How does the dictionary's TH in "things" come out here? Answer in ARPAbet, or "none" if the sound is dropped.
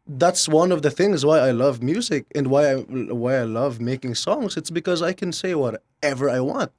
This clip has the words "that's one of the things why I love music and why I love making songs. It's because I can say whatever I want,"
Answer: TH